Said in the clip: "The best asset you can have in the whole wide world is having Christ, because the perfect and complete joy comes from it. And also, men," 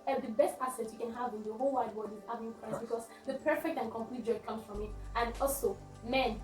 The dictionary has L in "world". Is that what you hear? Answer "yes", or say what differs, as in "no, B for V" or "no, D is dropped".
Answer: no, L is dropped